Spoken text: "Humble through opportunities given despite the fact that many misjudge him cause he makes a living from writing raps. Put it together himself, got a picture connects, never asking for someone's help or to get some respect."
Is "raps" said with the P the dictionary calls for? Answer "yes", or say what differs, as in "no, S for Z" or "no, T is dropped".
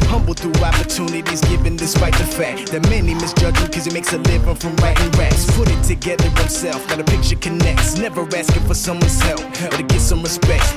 no, P is dropped